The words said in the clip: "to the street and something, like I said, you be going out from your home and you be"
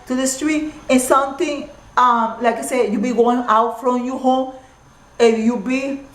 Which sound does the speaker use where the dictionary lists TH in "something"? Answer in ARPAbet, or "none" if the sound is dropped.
T